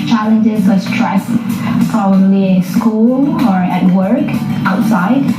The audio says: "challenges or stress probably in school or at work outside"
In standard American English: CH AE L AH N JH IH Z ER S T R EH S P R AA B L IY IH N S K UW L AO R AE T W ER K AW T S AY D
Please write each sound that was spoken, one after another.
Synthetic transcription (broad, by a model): CH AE L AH N JH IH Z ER S T R EH S F R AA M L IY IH S K UW L AO R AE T W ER K AW T S AY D